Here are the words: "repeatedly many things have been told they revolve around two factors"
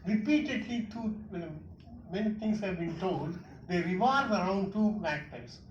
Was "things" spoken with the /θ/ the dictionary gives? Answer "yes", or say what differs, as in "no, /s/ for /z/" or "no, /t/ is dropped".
no, /t/ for /θ/